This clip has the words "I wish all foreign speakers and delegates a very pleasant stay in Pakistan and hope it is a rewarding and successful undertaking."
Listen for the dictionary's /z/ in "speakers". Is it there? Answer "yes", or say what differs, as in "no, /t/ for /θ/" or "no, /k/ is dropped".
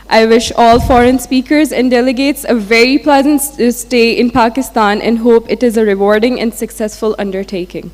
yes